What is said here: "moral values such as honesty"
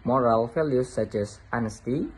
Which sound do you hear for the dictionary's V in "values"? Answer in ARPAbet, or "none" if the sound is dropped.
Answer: F